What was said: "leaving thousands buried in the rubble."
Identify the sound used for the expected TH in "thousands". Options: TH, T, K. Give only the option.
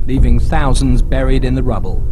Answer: TH